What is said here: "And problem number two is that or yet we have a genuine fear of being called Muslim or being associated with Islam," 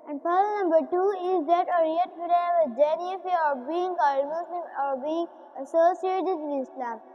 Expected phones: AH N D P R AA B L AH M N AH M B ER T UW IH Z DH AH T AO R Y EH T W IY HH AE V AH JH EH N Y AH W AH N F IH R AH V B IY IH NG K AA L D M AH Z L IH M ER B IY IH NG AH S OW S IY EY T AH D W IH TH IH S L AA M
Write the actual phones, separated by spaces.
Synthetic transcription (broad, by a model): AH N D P AA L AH N AH M B ER T UW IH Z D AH T AO R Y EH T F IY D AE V AH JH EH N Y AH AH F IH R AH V B IY IH NG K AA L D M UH S L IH M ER B IY IH NG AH S OW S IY EY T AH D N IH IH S L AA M